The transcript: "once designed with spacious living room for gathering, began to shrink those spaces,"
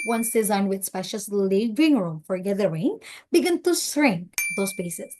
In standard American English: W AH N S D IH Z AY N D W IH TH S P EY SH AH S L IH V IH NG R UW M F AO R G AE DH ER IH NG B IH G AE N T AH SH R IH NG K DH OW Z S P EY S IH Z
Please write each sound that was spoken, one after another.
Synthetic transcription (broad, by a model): W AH N S D IH Z AY N D W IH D S P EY SH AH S L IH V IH NG R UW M F AO R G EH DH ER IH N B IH G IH N T AH S R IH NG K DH OW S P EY S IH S